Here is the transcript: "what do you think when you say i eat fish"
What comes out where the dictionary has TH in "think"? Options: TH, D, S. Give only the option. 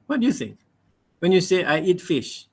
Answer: S